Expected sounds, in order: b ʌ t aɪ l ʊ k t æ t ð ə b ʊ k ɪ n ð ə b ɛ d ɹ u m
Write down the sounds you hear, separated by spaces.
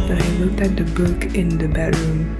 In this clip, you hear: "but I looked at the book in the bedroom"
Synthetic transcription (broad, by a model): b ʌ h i l ʊ k t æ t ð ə b ʊ k ɪ n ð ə b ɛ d ɹ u m